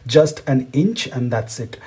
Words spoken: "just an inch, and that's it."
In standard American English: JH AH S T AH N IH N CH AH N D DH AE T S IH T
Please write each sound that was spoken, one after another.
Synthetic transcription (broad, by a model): JH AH S T AH N IH N CH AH N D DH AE T S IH T